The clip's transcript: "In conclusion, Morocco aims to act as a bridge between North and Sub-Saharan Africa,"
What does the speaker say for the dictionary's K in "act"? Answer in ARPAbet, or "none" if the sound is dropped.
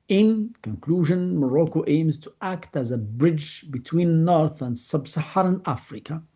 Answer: K